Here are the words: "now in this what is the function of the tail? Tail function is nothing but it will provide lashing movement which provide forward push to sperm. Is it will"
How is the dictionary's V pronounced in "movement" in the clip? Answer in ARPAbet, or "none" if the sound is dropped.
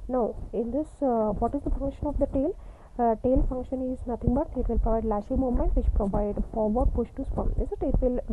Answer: none